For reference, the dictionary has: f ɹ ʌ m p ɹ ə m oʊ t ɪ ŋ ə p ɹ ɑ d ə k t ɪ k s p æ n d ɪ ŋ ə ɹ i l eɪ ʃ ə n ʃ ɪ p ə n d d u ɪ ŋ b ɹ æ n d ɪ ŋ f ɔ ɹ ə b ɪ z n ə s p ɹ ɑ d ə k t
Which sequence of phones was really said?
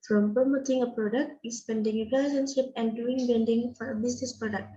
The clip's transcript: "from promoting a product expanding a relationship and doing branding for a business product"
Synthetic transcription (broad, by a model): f ɹ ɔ m p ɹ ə m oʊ t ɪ ŋ ə p ɹ ɑ d ə k t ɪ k s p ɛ n d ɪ ŋ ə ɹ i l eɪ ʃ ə n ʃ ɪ p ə n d d u ɪ ŋ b ɛ n d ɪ ŋ f ɔ ɹ ə b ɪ s n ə s p ɹ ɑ d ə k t